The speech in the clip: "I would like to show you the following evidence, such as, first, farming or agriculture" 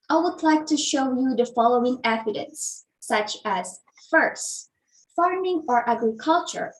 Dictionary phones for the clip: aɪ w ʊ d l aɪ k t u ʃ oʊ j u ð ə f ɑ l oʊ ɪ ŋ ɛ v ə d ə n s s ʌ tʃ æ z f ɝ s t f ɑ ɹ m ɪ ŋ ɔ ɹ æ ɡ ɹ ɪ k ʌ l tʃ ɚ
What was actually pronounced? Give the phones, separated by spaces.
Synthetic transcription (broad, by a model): aɪ w ʊ d l aɪ k t u ʃ oʊ j u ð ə f ɑ l oʊ ɪ ŋ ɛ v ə d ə n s s ʌ tʃ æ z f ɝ s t f ɑ ɹ m ɪ ŋ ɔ ɹ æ ɡ ɹ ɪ k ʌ l tʃ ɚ